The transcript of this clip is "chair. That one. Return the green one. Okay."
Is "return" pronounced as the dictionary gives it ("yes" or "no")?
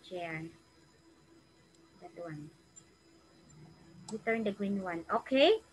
no